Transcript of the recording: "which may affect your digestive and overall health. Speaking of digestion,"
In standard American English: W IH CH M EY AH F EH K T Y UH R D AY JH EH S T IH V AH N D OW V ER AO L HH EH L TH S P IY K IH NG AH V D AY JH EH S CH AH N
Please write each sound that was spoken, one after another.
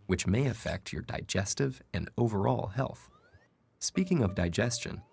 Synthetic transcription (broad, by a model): W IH CH M EY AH F EH K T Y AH R D AY JH EH S T IH V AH N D OW V ER AO L HH EH L TH S P IY K IH NG AH V D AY JH EH S CH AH N